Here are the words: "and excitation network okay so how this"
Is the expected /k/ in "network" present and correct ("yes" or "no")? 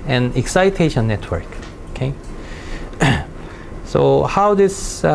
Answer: yes